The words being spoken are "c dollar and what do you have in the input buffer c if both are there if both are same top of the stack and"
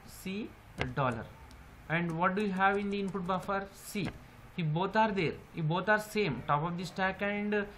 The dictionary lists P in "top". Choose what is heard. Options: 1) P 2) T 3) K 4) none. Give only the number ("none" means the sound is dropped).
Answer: 1